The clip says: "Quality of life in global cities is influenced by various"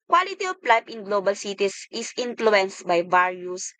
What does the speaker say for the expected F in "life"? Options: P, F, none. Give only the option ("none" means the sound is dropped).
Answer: P